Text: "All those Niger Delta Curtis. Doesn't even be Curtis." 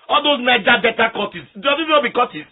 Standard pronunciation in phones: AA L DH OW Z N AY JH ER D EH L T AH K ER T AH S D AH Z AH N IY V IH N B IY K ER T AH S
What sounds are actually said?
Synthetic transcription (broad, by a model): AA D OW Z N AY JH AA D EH T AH K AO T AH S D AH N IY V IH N B IY K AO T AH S